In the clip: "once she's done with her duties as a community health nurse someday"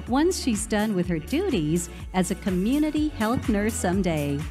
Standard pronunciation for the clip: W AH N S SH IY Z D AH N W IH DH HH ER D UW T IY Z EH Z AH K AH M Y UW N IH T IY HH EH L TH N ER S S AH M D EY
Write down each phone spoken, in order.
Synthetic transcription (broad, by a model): W AH N S SH IY Z D AH N W IH DH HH ER D UW T IY Z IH Z AH K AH M Y UW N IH T IY HH EH L TH N ER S S AH M D EY